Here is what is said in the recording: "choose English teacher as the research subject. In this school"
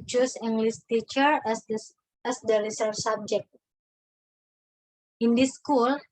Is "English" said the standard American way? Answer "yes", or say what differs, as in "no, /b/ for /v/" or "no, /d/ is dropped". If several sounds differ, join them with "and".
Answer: no, /s/ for /ʃ/